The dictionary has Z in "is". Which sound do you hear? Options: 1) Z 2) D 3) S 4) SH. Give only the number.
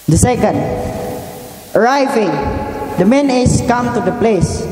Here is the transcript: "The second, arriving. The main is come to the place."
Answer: 3